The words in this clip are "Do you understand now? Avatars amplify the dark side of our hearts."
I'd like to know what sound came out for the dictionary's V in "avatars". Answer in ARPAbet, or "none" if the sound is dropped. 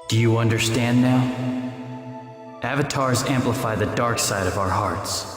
V